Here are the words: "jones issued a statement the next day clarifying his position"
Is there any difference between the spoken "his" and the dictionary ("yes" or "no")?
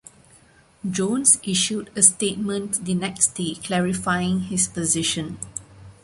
yes